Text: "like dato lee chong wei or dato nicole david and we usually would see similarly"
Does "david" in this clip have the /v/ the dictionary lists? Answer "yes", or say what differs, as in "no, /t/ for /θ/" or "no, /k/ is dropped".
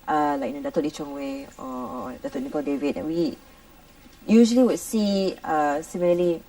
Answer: yes